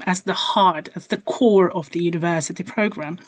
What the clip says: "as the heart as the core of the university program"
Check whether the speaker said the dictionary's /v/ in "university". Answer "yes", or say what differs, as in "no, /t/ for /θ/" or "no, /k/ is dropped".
yes